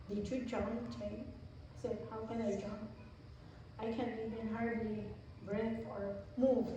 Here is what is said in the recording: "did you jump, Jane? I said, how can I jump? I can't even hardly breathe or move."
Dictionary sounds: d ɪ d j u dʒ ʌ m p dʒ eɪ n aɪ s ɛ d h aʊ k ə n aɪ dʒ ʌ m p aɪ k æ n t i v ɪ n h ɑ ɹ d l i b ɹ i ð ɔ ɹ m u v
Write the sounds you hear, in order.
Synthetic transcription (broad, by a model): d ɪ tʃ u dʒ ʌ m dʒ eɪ ɪ s ɛ d h aʊ k ə n aɪ dʒ ʌ m p aɪ k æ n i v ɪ n h ɑ ɹ d l i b ɹ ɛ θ ɔ ɹ m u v